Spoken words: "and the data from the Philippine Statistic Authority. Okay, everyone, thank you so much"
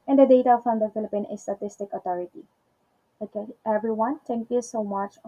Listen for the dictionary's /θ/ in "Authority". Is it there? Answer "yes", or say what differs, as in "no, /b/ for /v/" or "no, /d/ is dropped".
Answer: no, /t/ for /θ/